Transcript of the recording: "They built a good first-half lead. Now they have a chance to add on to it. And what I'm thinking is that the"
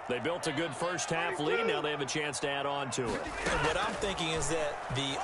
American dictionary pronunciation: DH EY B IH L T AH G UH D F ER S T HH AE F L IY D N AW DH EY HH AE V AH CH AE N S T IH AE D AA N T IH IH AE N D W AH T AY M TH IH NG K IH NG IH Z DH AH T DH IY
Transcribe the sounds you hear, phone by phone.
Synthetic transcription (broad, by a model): DH EY B IH L T AH G UH D F ER S T HH AE F L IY N AW DH EY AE V AH CH AE N S T IH AE D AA N T IH IH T W AH T AY M TH IH NG K IH NG IH Z DH AH T DH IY